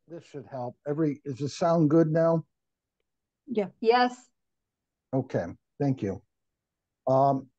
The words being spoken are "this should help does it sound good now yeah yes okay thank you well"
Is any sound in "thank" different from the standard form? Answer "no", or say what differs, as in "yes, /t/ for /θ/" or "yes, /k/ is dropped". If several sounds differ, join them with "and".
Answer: no